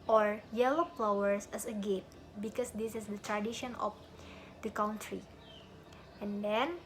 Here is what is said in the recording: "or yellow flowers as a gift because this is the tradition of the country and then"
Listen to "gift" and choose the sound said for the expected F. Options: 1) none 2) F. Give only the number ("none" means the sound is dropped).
1